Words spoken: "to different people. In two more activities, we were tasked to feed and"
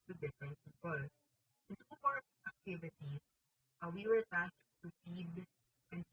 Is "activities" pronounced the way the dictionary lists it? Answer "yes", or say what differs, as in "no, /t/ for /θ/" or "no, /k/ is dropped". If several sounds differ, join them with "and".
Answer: no, /s/ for /z/